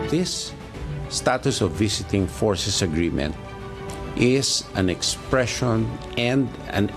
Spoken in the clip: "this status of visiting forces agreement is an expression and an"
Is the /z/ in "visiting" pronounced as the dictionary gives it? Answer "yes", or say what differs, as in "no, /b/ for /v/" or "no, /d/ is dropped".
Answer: no, /s/ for /z/